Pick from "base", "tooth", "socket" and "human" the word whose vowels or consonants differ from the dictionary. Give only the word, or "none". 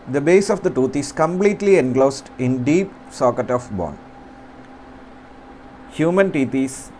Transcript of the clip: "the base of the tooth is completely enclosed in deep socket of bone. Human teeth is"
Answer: tooth